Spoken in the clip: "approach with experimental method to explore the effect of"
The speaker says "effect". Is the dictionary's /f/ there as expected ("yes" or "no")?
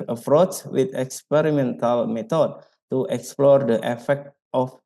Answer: yes